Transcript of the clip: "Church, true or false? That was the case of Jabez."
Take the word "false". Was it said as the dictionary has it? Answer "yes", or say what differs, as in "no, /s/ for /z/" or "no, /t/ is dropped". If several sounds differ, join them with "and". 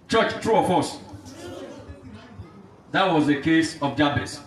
no, /l/ is dropped